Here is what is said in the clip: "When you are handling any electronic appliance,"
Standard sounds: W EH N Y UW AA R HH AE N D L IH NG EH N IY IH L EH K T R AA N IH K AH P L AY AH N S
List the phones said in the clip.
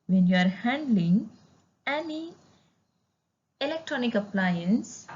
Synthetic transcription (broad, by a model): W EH N Y UW AA R HH AE N D L IH NG EH N IY IH L EH K T R AA N IH K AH P L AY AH N S